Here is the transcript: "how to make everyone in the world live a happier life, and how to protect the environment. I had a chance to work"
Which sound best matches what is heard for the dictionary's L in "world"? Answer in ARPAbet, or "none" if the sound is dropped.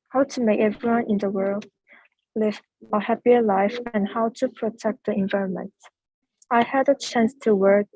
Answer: L